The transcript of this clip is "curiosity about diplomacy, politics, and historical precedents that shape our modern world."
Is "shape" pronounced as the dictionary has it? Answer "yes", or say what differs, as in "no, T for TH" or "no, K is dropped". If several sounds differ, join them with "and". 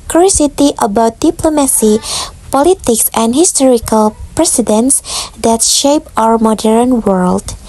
yes